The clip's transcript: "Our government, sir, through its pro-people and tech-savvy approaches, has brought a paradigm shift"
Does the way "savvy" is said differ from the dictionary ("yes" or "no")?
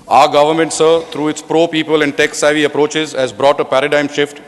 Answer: no